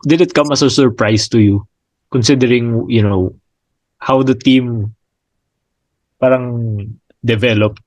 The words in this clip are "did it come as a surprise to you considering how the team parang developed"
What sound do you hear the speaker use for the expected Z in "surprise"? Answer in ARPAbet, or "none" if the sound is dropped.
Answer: S